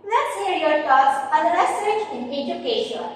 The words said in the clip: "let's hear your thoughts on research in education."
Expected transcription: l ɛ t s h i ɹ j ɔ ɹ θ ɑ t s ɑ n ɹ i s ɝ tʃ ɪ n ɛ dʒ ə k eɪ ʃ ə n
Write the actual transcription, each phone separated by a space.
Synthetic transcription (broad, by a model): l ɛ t s h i ɹ j ɔ ɹ t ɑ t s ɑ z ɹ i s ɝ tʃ ɪ n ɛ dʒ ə k eɪ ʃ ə n